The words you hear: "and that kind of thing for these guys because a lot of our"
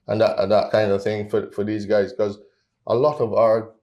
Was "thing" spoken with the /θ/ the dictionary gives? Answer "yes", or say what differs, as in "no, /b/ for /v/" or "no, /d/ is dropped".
yes